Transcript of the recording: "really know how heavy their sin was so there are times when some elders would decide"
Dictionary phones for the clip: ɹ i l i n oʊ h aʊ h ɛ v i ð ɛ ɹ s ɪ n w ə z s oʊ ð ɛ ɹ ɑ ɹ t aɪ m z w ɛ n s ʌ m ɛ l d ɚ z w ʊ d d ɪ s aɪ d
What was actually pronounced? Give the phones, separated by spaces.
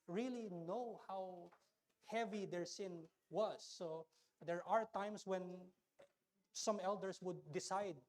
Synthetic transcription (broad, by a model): ɹ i l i n oʊ h aʊ h ɛ v i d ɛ ɹ s ɪ n w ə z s oʊ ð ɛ ɹ ɑ ɹ t aɪ m s w ɛ n s ʌ m ɛ l d ɚ s w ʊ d d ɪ s aɪ d